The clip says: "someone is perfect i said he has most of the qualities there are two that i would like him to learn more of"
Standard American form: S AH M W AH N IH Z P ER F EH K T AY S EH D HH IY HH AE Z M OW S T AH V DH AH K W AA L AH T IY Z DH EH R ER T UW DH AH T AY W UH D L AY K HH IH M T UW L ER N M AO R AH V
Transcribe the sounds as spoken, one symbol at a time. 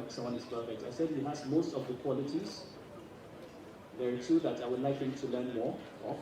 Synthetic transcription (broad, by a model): S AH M W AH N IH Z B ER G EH T AY S EH D HH IY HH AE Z M OW S T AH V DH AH K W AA L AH T IY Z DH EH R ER T UW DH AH T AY W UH D L AY K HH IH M T UW L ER N M AO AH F